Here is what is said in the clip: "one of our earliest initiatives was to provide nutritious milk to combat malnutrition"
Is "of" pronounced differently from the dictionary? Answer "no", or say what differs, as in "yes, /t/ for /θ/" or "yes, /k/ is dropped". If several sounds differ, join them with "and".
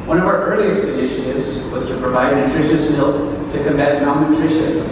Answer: no